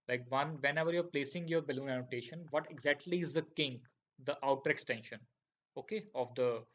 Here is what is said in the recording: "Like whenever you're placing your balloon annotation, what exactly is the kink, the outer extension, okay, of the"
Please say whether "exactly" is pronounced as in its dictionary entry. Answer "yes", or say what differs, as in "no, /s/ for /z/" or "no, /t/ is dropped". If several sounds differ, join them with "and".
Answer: yes